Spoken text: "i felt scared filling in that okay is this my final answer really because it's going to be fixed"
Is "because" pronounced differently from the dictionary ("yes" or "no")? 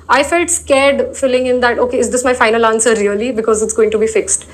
no